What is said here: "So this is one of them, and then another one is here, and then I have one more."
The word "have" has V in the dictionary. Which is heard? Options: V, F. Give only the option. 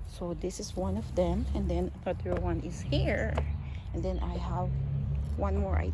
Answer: V